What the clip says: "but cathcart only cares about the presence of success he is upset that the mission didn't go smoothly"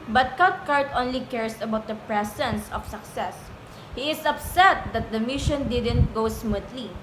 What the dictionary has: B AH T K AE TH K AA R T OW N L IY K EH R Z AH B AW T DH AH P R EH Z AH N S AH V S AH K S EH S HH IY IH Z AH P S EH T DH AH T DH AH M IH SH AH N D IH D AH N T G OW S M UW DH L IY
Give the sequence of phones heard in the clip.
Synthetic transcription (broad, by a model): B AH T K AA T K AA R T OW N L IY K EH R S AH B AW T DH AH P R EH S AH N S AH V S AH K S EH S HH IY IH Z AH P S EH T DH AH T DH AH M IH SH AH N D IH D AH N T G OW S M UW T L IY